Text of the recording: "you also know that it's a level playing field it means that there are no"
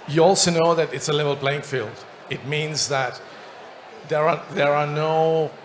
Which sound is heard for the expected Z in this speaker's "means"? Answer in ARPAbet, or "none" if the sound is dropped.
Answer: Z